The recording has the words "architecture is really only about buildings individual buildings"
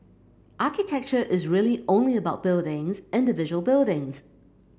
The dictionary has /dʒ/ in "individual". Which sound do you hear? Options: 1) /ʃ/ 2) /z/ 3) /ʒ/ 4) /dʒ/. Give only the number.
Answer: 3